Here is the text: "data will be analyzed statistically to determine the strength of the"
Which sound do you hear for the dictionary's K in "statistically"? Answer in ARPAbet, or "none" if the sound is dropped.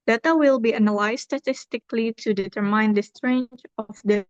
K